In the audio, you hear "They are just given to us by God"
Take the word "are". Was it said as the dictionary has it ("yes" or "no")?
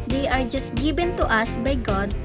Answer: yes